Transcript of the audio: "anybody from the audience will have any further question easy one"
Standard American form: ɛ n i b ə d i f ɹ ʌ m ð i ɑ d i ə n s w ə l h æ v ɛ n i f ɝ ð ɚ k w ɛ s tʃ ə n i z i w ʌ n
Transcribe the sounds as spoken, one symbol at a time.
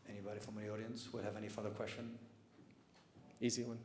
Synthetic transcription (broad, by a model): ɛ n i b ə d i f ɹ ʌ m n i ɑ d i ə n s w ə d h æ v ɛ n i f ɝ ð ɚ k w ɛ s tʃ ə n i z i w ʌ n